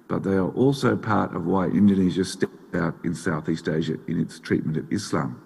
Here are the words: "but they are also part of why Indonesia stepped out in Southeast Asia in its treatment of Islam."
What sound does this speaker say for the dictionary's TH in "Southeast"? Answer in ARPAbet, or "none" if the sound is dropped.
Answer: TH